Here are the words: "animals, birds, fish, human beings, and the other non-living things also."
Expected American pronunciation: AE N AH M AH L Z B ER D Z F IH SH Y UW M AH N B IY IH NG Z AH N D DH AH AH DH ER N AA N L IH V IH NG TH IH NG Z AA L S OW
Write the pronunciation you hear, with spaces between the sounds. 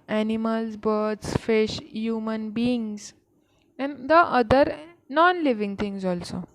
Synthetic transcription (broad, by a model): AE N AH M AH L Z B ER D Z F IH SH Y UW M AH N B IY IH NG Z AH N D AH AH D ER N AA N L IH V IH NG T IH NG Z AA L S OW